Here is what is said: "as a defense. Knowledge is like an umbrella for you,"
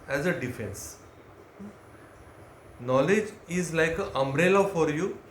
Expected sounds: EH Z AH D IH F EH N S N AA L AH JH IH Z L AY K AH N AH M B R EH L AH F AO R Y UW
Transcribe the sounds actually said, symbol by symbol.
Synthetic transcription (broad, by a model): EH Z AH D IH F EH N S N AA L AH JH IH Z L AY K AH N AH M B R EH L AH F AO R Y UW